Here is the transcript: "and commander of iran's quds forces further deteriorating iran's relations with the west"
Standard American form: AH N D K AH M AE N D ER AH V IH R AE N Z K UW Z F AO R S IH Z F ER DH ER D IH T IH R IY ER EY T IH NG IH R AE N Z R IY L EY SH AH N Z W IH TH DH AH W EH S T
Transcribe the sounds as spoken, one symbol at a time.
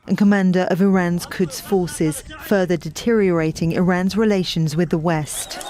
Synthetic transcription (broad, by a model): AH N K AH M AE N D ER AH V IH R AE N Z K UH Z F AO S IH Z F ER DH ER D IH T IH R IY ER EY T IH NG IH R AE N Z R IY L EY SH AH N Z W IH DH AH W EH S T